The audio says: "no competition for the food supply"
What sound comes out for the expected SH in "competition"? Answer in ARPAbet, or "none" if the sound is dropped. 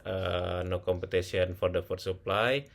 S